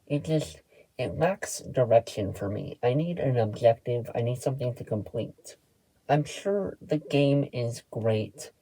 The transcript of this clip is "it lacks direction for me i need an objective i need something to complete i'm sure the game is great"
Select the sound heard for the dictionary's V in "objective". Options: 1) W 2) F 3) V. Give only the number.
3